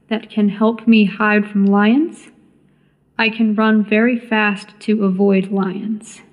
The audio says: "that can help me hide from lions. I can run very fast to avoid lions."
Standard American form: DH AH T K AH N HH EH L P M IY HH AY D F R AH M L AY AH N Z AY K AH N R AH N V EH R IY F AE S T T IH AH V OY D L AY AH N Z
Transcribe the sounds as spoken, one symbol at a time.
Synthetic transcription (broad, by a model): DH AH T K AH N HH EH L P M IY HH AY D F R AH M L AY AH N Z AY K AH N R AH N V EH R IY F AE S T T IH AH V OY D L AY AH N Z